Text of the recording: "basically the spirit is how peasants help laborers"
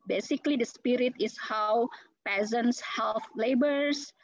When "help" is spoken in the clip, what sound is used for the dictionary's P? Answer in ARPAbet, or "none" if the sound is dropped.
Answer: F